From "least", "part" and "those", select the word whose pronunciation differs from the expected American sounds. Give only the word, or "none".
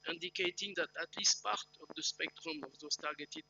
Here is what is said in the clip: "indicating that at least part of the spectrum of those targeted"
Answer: those